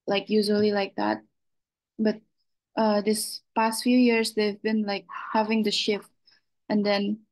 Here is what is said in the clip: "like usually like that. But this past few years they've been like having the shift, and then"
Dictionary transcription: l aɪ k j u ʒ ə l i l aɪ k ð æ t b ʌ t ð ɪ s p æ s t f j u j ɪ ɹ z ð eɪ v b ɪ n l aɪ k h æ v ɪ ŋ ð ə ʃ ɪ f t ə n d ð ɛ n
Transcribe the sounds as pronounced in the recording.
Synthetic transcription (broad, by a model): l aɪ k j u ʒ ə l i l aɪ k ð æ t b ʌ t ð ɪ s p æ s t f j u j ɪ ɹ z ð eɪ v b ɪ n l aɪ k h æ v ɪ ŋ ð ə ʃ ɪ f t ə n d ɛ n